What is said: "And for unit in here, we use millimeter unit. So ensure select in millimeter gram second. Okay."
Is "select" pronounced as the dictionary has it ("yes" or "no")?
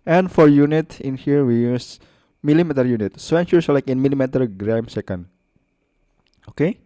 no